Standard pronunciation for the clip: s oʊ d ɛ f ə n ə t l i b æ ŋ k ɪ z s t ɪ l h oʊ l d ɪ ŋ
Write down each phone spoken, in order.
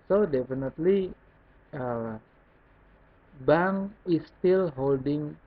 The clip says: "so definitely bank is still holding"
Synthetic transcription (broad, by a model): s oʊ d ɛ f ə n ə t l i b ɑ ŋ ɪ s t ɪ l h oʊ l d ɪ ŋ